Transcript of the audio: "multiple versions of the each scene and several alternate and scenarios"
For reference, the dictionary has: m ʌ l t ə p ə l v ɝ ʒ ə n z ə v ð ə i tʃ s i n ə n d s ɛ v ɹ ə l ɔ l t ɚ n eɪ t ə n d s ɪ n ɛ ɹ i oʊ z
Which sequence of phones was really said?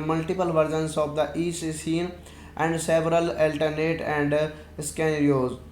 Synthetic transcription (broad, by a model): m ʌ l t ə p ə l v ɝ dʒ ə n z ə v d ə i s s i n ə n d s ɛ v ɹ ə l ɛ l t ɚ n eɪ t ə n d s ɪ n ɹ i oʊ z